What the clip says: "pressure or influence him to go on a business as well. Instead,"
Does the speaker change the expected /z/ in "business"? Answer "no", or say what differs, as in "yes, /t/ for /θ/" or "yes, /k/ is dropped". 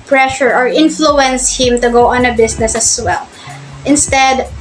yes, /s/ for /z/